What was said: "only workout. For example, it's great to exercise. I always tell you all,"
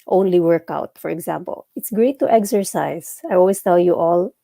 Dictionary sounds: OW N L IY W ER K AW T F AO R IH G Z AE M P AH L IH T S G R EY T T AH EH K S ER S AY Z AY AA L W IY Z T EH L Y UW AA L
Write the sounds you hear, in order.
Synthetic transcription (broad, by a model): OW N L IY W ER K AW T F AO R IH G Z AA M P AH L IH T S G R EY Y T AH EH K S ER S AY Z AY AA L W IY S T EH L Y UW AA L